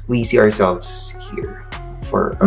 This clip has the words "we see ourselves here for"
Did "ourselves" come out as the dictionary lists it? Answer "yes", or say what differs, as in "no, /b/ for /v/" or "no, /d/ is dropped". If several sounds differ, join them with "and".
yes